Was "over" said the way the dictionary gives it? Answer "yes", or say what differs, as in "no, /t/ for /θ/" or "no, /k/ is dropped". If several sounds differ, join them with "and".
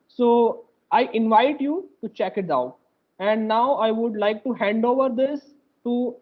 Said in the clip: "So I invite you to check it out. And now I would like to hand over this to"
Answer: yes